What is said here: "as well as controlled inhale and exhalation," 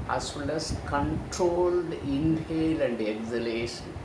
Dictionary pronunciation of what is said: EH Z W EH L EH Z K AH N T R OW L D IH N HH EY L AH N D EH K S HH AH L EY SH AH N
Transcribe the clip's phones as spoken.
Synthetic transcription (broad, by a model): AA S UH L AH S K AH N T R OW L D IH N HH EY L AH N D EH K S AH L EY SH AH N